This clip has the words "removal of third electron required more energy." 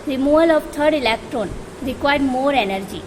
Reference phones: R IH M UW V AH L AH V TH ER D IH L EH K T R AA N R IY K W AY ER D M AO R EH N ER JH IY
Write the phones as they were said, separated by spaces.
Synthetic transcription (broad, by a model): R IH M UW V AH L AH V T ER D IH L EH K T R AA N R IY K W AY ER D M AO R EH N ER JH IY